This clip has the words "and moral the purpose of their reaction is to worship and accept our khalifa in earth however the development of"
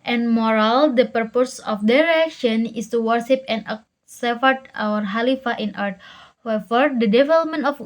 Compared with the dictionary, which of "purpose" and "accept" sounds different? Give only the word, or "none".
accept